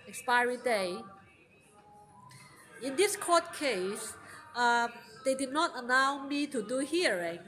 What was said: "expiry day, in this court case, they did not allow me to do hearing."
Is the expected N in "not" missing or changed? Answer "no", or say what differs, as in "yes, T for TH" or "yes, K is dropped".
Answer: no